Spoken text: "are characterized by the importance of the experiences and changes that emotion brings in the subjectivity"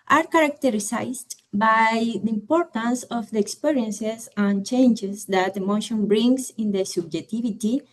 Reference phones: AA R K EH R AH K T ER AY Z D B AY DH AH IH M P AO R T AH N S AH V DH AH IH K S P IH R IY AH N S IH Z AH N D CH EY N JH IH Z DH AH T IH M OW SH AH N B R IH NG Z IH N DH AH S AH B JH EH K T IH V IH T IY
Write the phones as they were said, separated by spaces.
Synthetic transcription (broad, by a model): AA R K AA R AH K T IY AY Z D B AY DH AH IH M P AO R T AH N S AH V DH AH K S P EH R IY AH N S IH S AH N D CH EY N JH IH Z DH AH T IH M OW SH AH N B R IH NG S IH N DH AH S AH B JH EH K T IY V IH T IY